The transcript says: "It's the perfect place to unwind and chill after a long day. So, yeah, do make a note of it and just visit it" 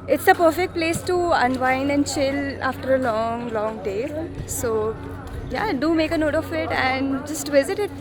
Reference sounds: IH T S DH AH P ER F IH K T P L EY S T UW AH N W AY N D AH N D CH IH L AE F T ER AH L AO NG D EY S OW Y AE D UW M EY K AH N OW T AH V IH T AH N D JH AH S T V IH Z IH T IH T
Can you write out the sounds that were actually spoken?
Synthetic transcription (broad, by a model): IH T S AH P ER F IH K T P L EY S T UW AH N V AY N AH N D CH IH L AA F T ER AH L AO NG D EY S OW Y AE D UW M EY K AH N OW T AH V IH T AH N D JH AH S T V IH Z IH T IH T